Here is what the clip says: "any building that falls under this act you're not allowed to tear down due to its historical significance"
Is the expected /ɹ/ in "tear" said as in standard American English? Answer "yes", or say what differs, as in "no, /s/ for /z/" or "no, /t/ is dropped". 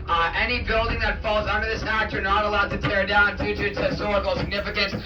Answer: yes